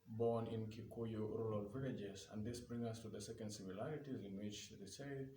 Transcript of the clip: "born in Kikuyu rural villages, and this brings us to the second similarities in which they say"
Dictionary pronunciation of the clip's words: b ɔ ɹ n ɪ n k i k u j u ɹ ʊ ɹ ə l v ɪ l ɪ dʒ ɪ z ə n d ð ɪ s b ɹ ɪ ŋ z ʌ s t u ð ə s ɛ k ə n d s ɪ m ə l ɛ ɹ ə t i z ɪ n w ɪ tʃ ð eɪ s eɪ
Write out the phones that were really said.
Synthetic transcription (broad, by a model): b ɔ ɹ n ɪ n k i k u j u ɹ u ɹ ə l v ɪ l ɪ dʒ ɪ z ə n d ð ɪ s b ɹ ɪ ŋ ʌ s t u ð ə s ɛ k ə n d s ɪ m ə l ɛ ɹ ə t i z ɪ n w ɪ tʃ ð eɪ s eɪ